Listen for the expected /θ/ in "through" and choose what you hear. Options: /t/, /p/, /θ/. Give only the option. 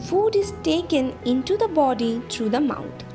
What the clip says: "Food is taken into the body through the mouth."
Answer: /t/